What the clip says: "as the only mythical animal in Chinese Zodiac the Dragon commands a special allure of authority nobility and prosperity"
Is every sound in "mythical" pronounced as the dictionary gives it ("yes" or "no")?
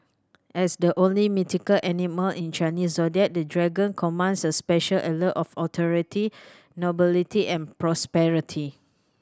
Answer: no